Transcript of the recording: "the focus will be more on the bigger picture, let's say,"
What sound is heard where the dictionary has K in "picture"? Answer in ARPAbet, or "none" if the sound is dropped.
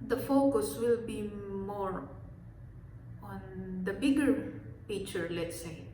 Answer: none